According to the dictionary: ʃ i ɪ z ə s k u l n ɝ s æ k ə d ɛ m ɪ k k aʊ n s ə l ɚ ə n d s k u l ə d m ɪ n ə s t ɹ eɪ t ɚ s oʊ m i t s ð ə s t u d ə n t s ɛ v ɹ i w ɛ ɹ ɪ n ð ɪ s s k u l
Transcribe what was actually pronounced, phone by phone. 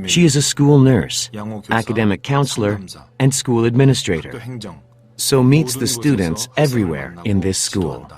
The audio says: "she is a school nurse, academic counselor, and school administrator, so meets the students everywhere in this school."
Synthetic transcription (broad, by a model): ʃ i ɪ z ə s k u l n ɝ s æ k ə d ɛ m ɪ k k aʊ n s l ɚ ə n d s k u l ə d m ɪ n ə s t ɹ eɪ t ɚ s oʊ m i t s ð ə s t u d n t s ɛ v ɹ i w ɛ ɹ ɪ n ð ɪ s s k u l